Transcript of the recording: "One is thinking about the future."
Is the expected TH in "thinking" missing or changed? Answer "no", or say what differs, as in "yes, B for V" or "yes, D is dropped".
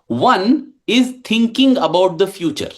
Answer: yes, T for TH